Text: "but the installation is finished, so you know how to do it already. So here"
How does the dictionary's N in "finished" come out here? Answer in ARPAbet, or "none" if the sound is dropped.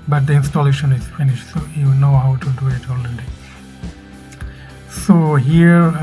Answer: N